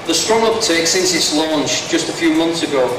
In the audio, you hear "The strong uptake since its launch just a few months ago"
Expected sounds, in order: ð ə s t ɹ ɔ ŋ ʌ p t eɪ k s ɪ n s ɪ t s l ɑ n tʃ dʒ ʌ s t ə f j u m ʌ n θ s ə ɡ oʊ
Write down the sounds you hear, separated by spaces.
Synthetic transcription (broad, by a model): ð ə s t ɹ ɔ ŋ ʌ p t eɪ k s ɪ n s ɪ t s l ɑ n tʃ dʒ ʌ s t ə f j u m ʌ n θ s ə ɡ oʊ